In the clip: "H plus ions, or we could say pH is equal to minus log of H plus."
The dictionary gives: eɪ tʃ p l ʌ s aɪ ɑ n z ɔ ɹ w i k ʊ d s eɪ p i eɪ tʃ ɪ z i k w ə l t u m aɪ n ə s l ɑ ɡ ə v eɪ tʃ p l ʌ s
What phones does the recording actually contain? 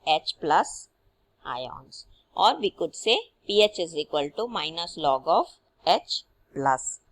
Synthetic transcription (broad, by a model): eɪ tʃ p l ʌ s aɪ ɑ n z ɔ ɹ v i k ʊ d s eɪ p i eɪ tʃ ɪ z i k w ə l t u m aɪ n ə s l ɑ ɡ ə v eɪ tʃ p l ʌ s